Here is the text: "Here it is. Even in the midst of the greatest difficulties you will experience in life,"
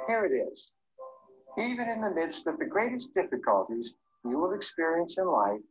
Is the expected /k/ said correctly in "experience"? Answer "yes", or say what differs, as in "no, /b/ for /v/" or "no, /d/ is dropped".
yes